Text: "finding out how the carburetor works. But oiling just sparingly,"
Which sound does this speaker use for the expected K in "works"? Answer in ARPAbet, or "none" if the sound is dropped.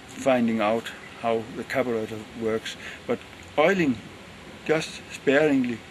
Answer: K